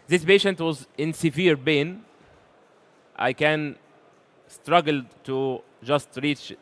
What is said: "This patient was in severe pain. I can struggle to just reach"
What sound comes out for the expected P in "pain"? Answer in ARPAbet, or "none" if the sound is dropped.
B